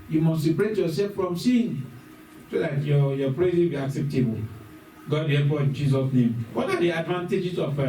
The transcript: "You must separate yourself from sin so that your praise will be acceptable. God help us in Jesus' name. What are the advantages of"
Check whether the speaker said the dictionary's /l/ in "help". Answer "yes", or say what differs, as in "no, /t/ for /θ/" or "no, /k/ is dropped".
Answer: no, /l/ is dropped